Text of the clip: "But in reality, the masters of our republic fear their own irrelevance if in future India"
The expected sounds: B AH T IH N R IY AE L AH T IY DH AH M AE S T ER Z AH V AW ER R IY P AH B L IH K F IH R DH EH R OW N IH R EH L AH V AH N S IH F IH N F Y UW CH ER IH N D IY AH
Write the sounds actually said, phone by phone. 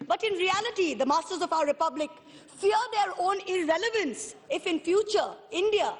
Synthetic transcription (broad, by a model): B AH T IH N R IY AE L AH T IY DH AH M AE S T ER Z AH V AW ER R IY P AH B L IH K F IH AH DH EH R OW N IH R EH L AH V AH N S IH F IH N F Y UW CH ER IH N D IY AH